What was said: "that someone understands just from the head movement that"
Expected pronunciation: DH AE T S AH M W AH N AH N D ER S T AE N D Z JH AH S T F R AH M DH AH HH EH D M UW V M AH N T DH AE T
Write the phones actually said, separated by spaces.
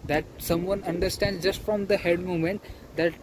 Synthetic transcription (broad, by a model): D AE T S AH M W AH N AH N D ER S T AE N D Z JH AH S T F R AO M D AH HH EH D M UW M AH N T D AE T